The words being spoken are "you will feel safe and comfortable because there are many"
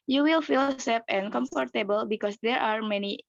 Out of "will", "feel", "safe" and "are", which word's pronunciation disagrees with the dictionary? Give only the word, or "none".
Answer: safe